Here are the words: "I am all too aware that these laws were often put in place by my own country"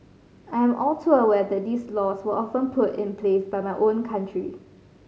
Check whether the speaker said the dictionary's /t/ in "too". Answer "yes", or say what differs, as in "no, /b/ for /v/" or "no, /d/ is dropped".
no, /s/ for /t/